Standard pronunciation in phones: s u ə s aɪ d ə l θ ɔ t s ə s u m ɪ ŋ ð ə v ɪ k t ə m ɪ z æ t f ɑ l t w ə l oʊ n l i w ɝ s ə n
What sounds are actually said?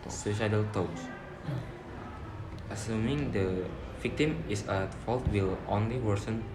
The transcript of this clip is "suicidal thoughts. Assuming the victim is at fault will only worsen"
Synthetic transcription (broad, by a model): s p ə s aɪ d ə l t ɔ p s ə s u m ɪ ŋ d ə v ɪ k t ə m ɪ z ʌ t f ɑ l t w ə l oʊ n l i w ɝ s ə n